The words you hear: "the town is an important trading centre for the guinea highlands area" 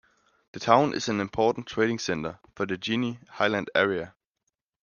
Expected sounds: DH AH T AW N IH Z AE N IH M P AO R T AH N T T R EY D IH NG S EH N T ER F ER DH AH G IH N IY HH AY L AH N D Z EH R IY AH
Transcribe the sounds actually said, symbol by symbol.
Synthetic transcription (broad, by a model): DH AH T AW N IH S AE N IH M P AO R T N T T R EY D IH NG S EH N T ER F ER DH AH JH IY N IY HH AY L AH N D EH R IY AH